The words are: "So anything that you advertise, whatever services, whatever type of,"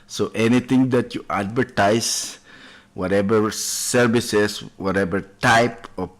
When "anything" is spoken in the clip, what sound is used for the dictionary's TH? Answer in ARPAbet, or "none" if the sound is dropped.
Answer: T